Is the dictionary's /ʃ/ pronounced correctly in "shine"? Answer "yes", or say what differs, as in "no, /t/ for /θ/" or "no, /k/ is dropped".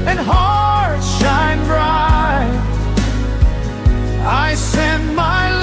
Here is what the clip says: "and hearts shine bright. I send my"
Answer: yes